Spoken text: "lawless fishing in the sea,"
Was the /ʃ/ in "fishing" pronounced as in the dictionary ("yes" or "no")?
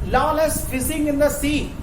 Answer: no